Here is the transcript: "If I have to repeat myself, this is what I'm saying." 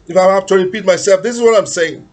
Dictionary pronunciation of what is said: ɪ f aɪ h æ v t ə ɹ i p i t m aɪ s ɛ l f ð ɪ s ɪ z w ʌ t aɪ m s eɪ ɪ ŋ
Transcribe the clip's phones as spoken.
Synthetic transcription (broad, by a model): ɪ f aɪ h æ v t ə ɹ i p i t m aɪ s ɛ l f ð ɪ s ɪ z w ʌ t aɪ m s eɪ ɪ ŋ